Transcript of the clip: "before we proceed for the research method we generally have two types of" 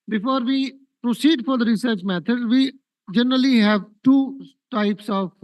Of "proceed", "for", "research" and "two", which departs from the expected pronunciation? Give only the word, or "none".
none